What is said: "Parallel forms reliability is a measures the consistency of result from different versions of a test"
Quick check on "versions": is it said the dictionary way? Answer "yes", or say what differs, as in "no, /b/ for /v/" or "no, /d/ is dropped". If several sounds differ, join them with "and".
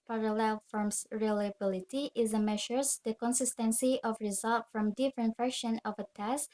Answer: no, /ʃ/ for /ʒ/ and /z/ is dropped